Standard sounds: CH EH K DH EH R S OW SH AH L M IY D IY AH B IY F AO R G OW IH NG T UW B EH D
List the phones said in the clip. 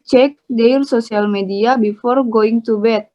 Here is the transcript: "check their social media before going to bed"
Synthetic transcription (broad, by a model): CH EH K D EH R S OW S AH L M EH D IY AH B IY F AO R G OW IH NG T UW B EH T